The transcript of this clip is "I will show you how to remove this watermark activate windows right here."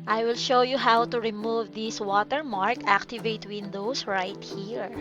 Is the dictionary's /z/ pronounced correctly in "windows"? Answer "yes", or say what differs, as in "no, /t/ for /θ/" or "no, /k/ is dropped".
no, /s/ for /z/